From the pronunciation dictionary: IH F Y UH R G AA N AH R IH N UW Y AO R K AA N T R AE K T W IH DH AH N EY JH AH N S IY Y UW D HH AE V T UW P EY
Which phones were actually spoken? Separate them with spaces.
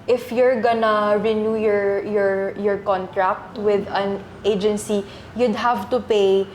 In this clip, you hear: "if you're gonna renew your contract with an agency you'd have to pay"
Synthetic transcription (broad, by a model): IH F Y UH R G AA N AH R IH N UW Y AO R K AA N T R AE K T W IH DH AH N EY JH AH N S IY Y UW D HH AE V T UW P EY